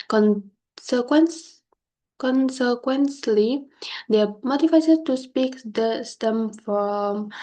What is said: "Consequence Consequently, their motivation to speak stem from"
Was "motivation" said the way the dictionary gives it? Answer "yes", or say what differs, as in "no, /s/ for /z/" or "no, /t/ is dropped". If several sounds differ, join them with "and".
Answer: no, /s/ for /ʃ/